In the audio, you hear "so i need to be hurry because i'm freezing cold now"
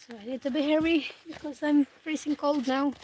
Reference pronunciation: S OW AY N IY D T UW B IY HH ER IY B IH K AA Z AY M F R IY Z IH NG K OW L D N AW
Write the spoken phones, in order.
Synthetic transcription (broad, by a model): S OW AY N IY D T UW B IY HH ER IY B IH K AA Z AY M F R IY S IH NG K OW L D N AW